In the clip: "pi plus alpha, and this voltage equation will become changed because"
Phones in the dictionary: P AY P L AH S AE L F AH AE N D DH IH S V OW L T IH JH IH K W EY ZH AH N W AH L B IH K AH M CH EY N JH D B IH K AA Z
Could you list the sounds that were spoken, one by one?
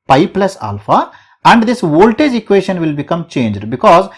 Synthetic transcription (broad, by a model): P AY P L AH S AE L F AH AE N D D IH S V OW L T IH JH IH K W EY SH AH N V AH L B IH K AH M CH EY N JH D B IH K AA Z